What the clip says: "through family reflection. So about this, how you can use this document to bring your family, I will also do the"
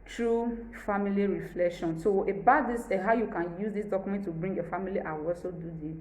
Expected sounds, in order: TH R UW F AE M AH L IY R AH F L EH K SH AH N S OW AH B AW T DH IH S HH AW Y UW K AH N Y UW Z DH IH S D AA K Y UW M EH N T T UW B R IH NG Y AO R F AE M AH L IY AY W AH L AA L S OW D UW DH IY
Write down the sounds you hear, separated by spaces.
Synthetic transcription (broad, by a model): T R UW F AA M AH L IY R AH F L EH K SH AH N S OW AH B AW T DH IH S HH AW Y UW K AH N Y UW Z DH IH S D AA K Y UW M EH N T T UW B R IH NG Y AO F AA M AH L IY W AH W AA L S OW D UW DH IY